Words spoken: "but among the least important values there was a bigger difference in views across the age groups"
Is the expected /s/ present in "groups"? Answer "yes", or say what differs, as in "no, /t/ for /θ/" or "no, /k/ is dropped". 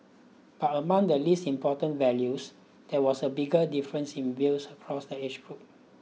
no, /s/ is dropped